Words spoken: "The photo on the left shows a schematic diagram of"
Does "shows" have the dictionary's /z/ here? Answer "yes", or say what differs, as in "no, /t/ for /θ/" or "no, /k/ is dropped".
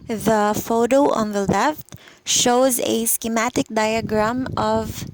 yes